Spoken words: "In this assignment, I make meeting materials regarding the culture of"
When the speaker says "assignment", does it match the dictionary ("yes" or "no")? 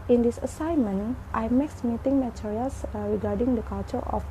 yes